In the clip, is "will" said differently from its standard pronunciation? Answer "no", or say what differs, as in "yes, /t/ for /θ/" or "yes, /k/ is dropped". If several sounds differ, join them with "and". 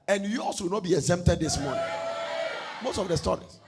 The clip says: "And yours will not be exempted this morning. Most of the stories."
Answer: yes, /w/ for /l/